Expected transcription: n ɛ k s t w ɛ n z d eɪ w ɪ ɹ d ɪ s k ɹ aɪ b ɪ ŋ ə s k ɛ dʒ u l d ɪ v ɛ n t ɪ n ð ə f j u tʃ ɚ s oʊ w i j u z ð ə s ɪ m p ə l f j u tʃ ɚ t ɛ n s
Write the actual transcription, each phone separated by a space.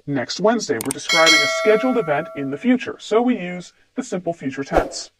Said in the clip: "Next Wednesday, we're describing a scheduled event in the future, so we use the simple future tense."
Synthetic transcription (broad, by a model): n ɛ k s t w ɛ n z d eɪ w ɪ ɹ d ɪ s k ɹ aɪ b ɪ ŋ ə s k ɛ dʒ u l d ɪ v ɛ n t ɪ n ð ə f j u tʃ ɚ s oʊ w i j u z ð ə s ɪ m p l f j u tʃ ɚ t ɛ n s